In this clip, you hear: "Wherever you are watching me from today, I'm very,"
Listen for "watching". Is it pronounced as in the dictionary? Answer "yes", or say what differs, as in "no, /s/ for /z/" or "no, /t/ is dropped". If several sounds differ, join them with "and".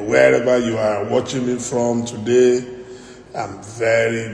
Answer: yes